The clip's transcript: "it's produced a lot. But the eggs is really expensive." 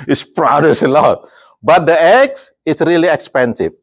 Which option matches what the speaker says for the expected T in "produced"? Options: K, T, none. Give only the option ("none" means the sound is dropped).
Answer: none